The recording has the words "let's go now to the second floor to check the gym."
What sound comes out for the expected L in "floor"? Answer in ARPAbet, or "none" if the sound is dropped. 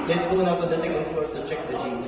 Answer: none